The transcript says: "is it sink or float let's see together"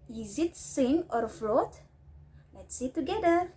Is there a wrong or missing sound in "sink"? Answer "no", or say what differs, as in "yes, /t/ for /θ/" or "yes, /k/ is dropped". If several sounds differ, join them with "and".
yes, /k/ is dropped